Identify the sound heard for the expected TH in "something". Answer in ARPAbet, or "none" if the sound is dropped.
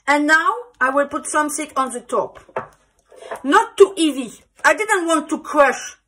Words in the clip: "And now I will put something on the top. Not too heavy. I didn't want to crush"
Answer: S